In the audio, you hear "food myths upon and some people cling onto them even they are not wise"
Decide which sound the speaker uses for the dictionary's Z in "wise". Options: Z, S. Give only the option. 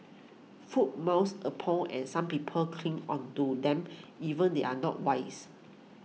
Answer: S